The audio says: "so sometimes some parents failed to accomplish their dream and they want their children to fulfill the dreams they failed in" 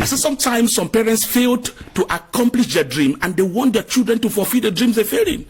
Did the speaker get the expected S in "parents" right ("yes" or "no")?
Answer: yes